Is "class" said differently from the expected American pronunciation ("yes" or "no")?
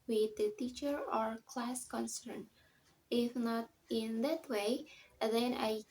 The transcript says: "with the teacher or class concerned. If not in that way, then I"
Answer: no